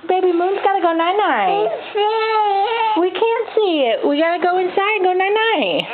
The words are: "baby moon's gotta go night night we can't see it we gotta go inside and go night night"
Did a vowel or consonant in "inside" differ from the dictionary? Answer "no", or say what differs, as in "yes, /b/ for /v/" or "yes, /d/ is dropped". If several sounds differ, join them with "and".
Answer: yes, /d/ is dropped